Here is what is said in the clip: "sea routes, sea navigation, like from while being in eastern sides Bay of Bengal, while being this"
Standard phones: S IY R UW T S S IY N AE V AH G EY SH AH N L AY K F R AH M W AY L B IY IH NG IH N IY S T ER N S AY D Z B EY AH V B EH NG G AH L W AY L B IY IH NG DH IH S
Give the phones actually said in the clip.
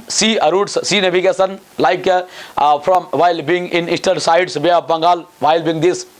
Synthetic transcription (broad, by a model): S IY R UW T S S IY N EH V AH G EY S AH N L AY K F R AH M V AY L B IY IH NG IH N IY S T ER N S AY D S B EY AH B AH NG G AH L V AY L B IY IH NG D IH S